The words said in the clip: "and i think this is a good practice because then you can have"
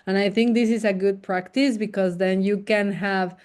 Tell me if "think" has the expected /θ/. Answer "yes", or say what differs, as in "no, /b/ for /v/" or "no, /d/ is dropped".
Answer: yes